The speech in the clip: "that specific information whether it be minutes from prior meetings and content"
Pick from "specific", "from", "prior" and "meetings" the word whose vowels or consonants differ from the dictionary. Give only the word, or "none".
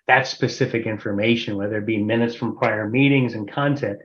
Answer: none